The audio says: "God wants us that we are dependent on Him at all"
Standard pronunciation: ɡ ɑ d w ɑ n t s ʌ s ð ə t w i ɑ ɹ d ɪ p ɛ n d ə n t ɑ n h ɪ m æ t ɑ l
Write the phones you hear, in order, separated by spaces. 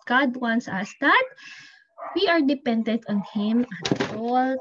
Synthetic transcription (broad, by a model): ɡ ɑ d w ɑ n t s ʌ s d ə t w i ɑ ɹ d ɪ p ɛ n d ə n t ɑ n h ɪ m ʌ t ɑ l